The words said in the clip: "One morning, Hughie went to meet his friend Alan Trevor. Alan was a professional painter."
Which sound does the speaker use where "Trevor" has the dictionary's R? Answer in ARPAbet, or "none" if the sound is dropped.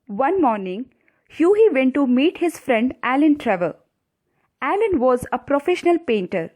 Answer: R